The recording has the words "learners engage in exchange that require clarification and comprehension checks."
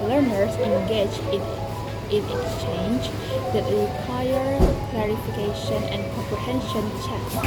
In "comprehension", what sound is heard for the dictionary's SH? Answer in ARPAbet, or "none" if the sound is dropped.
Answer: SH